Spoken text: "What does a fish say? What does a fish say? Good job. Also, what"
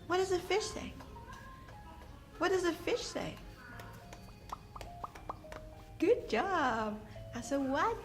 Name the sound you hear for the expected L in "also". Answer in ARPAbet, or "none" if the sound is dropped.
none